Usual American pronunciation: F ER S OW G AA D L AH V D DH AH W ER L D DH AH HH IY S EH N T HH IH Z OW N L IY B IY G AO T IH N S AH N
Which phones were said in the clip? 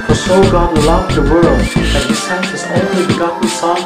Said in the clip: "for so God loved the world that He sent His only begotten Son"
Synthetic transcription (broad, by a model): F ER S OW G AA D L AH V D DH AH W ER L D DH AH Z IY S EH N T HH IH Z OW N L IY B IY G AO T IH S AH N